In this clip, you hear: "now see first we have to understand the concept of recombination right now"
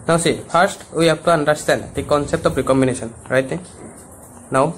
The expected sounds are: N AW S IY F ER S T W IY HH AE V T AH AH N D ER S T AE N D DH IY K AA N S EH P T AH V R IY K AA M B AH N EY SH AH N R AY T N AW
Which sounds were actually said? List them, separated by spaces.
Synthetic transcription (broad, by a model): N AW S IY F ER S T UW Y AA P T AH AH N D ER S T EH N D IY K AA N S EH P T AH P R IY K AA M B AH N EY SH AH N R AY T N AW